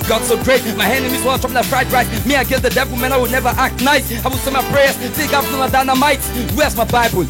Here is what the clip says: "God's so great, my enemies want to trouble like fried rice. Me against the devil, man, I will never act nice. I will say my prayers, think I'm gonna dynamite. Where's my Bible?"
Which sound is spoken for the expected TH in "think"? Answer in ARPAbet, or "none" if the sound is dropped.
S